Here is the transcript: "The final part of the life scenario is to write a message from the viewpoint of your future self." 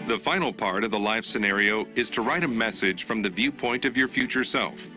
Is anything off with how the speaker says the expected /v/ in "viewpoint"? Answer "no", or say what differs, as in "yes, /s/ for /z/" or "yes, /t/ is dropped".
no